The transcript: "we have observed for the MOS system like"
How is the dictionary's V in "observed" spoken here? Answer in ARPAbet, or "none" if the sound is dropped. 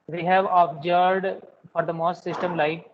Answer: none